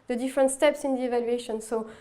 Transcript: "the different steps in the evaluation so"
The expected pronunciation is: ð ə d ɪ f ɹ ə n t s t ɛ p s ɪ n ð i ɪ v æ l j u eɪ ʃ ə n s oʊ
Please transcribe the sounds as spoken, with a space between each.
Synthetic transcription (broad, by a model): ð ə d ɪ f ɹ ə n t s t ɛ p s ɪ n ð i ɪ v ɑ l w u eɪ ʃ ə n s oʊ